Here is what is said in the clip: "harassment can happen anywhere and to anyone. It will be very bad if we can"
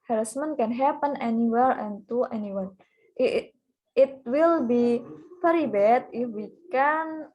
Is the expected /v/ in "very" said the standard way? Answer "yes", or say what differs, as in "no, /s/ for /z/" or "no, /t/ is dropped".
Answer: no, /p/ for /v/